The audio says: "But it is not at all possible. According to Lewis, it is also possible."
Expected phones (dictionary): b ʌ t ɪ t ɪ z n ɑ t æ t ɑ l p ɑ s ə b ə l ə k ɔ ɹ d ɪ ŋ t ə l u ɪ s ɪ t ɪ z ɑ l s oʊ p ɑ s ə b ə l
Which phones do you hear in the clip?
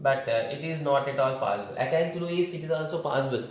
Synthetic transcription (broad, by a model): b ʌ t ɪ t ɪ z n ɑ t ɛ t ɑ l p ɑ s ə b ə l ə ɪ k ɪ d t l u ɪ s ɪ t ɪ z ɑ l s oʊ p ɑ s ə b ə l